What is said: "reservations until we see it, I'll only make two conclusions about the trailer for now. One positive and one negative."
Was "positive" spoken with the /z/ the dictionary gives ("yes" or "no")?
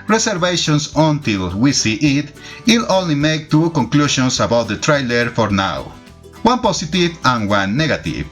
no